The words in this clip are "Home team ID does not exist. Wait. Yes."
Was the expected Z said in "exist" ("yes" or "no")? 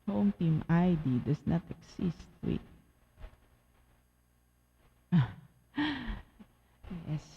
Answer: no